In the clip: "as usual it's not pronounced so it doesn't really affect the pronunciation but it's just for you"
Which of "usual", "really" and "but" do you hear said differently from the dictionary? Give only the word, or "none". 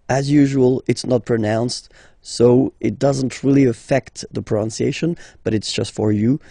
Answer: none